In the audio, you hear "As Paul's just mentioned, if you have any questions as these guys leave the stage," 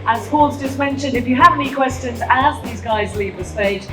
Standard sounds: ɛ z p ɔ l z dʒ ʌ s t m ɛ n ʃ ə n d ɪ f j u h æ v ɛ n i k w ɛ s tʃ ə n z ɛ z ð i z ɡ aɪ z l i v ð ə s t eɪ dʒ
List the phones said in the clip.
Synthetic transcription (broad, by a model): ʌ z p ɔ l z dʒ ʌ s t m ɛ n ʃ ə n d ɪ f j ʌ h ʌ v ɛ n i k w ɛ s tʃ ə n z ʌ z ð i z ɡ aɪ z l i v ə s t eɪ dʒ